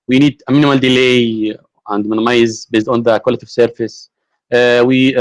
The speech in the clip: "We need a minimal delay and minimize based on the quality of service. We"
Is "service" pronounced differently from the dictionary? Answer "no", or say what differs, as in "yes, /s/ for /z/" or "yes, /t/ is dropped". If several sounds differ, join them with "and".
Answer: yes, /f/ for /v/